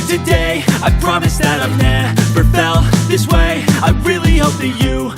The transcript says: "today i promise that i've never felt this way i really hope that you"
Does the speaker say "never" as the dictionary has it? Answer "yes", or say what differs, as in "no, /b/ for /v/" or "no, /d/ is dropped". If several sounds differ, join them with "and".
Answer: no, /f/ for /v/